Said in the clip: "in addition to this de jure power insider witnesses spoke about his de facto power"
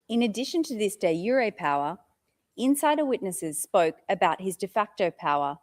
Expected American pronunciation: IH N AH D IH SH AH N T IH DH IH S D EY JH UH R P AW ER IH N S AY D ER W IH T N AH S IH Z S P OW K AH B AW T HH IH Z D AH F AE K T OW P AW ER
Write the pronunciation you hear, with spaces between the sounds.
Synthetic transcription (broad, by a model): IH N AH D IH SH AH N T IH DH IH S D EY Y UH R P AW ER IH N S AY D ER W IH T N AH S IH Z S P OW K AH B AW T HH IH Z D AH F AE K T OW P AW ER